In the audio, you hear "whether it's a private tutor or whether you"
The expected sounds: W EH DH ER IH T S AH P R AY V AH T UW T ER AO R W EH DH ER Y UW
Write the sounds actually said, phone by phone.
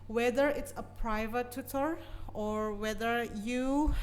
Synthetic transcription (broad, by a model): W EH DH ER IH T S AH P R AY V AH T UW T ER AO R W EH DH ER Y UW